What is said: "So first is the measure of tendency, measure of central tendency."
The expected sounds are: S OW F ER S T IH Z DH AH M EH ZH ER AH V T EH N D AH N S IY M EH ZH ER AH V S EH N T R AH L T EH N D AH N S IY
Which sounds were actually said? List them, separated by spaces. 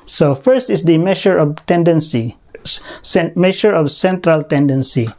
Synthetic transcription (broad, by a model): S OW F ER S T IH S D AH M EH SH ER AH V T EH N D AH N S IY M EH SH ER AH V S EH N T R AH L T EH N D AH N S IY